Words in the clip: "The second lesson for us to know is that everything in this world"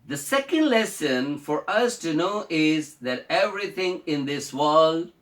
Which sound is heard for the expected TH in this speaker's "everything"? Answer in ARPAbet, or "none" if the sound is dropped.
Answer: T